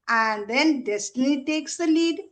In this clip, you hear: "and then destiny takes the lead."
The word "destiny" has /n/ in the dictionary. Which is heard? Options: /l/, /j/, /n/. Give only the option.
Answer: /l/